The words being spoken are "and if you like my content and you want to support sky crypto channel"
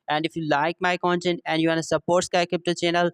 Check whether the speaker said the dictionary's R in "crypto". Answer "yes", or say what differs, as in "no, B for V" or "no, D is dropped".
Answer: no, R is dropped